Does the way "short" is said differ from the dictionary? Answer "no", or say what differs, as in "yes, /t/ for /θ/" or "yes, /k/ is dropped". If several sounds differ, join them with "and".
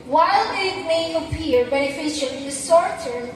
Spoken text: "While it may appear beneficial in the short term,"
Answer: yes, /s/ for /ʃ/